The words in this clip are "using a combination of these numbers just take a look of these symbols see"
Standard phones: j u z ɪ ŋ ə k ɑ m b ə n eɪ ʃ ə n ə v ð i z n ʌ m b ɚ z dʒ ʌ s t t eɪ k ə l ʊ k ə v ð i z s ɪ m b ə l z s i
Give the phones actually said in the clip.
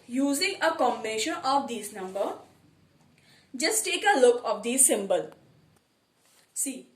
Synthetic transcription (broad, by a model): j u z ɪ ŋ ə k ɑ m b ə n eɪ ʃ ə n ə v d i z n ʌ m b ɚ dʒ ʌ s t t eɪ k ə l ʊ k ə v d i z s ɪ m b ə l s i